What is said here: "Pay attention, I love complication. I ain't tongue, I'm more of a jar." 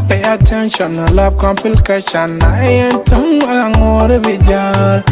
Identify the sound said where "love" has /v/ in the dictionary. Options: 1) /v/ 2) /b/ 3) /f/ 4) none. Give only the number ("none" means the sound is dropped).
2